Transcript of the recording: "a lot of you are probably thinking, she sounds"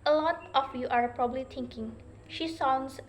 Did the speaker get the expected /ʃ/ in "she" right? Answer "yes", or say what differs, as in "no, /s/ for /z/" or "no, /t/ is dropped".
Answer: yes